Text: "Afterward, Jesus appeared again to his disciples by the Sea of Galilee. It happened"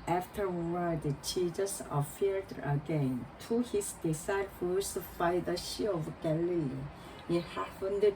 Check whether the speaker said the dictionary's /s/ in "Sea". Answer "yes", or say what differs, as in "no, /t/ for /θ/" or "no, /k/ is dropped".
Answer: no, /ʃ/ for /s/